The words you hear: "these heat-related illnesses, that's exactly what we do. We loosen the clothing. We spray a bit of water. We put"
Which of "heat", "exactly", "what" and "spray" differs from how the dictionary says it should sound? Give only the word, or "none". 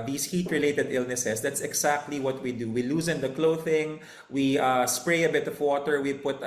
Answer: exactly